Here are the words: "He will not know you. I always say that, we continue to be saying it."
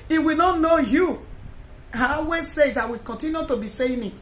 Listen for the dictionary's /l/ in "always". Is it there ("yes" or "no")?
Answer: no